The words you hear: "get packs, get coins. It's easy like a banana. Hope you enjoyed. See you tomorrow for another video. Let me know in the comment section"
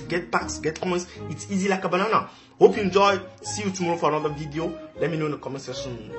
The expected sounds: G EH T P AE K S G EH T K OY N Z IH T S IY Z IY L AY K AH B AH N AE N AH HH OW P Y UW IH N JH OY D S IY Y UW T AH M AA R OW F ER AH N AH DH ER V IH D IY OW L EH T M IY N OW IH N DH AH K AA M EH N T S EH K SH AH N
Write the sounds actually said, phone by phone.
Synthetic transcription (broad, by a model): G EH T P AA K S G EH T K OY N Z IH T S IY Z IY L AY K AH B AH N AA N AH HH OW P Y UW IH N JH OY S IY Y UW T AH M AA R OW F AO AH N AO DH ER V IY D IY OW L EH T M IY N OW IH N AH K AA M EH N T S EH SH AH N